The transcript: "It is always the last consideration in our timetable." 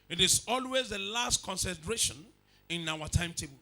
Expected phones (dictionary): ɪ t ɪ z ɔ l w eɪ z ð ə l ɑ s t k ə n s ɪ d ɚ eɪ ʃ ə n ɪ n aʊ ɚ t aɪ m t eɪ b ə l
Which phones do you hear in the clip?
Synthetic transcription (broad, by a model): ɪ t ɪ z ɔ l w eɪ z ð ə l ɑ s t k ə n s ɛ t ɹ eɪ ʃ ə n ɪ n aʊ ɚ t aɪ m t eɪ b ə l